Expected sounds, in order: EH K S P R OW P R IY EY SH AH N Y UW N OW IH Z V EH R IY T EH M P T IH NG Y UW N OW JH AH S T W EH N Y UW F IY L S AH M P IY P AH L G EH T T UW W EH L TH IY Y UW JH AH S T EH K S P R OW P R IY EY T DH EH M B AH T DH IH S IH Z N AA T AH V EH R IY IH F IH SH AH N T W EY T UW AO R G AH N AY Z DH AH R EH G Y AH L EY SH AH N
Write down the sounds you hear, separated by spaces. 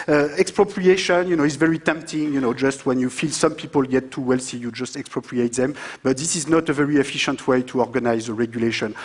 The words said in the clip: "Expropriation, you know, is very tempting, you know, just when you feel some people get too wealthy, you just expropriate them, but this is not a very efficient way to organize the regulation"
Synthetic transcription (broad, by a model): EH K S P R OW P R IY EY SH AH N Y UW N OW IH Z V EH R IY T EH M P T IH NG Y UW N OW JH AH S T W EH N Y UW F IY L S AH M P IY P AH L G EH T T UW W EH L S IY Y UW JH AH S T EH K S P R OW P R IY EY T DH EH M B AH T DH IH S IH Z N AA T AH V EH R IY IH F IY SH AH N T W EY T UW AO R G AH N AY Z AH R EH G Y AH L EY SH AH N